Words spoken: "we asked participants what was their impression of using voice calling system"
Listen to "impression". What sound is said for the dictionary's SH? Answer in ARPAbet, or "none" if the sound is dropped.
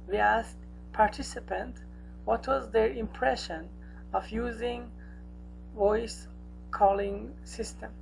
SH